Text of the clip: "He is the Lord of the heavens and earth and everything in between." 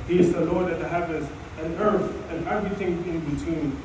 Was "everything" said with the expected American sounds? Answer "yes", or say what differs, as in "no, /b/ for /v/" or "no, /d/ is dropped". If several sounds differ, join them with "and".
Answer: yes